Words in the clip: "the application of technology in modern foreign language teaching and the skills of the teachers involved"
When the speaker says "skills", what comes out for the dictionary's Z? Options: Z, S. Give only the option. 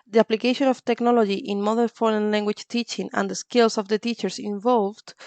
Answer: S